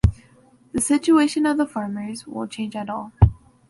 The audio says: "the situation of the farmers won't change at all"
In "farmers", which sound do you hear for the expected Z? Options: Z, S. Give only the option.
Z